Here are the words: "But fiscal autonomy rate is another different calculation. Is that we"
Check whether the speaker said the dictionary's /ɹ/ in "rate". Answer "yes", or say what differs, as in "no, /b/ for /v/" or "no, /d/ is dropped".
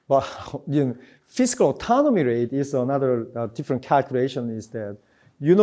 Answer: yes